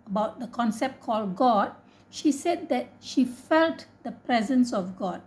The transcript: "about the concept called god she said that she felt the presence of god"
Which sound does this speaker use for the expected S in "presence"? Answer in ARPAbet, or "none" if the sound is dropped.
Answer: S